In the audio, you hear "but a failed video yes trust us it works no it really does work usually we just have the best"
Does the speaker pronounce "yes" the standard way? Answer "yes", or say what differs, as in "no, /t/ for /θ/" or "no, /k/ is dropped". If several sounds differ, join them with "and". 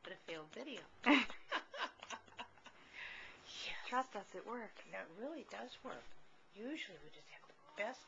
no, /s/ is dropped